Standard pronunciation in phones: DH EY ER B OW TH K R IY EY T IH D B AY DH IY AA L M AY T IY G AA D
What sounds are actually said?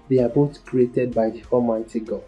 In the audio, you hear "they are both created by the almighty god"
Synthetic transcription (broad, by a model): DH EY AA B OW T K R IY EY T IH D B AY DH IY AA M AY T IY G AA